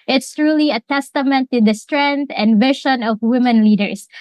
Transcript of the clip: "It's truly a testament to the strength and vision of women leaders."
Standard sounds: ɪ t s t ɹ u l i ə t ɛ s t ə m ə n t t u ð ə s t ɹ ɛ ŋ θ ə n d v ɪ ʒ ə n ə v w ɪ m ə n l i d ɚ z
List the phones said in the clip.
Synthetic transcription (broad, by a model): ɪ t s t ɹ u l i ə t ɛ s t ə m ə n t t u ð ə s t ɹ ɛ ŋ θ ə n d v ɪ ʃ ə n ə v w ɪ m ə n l i d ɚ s